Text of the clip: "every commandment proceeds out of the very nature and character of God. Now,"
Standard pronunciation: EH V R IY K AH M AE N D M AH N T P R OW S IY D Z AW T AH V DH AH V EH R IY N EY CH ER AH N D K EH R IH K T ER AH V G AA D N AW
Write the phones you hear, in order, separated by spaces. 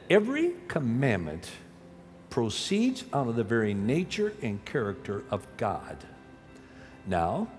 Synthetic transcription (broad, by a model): EH V R IY K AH M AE N M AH N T P R OW S IY D Z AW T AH DH AH V EH R IY N EY CH ER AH N K EH R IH K T ER AH V G AA D N AW